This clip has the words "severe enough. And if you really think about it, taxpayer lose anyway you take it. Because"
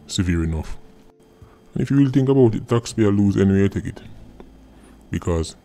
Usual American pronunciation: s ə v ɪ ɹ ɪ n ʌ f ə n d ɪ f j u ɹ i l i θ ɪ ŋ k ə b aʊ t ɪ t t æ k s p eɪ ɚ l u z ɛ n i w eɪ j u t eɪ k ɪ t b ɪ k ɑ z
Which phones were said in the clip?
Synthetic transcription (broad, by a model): s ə v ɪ ɹ ɪ n ʌ f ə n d ɪ f j u w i l θ ɪ ŋ k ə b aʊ t ɪ t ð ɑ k s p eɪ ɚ l u z ɛ n i w eɪ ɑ t eɪ k ɪ t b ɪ k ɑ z